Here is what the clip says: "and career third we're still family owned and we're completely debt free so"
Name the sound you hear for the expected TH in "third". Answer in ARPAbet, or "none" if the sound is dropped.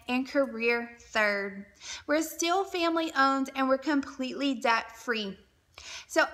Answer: TH